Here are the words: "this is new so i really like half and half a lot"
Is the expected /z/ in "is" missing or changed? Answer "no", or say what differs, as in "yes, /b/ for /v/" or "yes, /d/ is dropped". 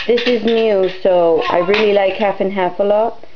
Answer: no